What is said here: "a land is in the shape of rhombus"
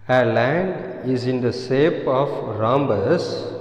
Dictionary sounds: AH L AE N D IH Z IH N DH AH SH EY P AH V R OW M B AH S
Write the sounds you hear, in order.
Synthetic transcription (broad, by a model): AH L AE N D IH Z IH N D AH S EY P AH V R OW M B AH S